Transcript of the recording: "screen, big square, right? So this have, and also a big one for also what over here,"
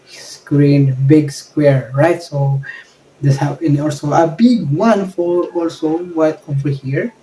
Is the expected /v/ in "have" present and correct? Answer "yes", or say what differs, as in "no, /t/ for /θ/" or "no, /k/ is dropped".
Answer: no, /p/ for /v/